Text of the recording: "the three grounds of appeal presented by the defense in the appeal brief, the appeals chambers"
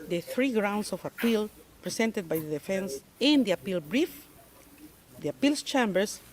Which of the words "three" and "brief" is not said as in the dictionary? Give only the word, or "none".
none